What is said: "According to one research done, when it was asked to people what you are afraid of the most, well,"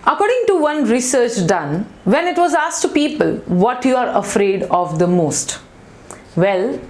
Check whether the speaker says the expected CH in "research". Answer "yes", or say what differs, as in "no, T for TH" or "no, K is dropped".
yes